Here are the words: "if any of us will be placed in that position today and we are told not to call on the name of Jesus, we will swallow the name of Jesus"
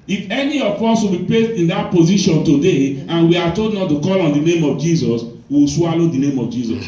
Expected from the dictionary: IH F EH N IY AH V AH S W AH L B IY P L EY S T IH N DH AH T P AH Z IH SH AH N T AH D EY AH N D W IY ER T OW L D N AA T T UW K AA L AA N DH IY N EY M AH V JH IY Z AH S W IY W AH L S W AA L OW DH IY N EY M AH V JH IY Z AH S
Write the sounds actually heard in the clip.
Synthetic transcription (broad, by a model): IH F EH N IY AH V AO S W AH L B IY P L EY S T IH N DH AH T P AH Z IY SH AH N T AH D EY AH N W IY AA T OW D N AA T T UW K AA L AA N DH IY N EY M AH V JH IY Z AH S W IY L S W AA L OW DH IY N EY M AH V JH IY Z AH S